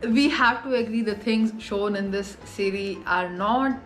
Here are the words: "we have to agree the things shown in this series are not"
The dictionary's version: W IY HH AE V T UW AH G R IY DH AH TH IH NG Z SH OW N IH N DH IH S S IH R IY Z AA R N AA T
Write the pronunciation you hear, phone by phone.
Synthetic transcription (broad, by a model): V IY HH AE V T UW AH G R IY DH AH T IH NG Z SH OW N IH N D IH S S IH R IY AA R N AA T